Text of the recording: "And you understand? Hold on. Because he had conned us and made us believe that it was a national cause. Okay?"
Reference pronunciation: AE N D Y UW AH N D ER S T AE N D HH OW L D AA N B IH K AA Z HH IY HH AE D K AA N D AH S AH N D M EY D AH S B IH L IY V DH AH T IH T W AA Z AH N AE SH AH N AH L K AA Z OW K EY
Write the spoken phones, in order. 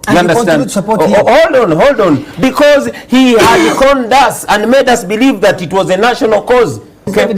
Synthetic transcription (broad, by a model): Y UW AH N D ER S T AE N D HH OW L D AA N B IH K AA Z HH IY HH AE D K AA N D AH S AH N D M EY D AH S B IH L IY V DH AH T IH T W AA Z AH N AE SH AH N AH L K AA Z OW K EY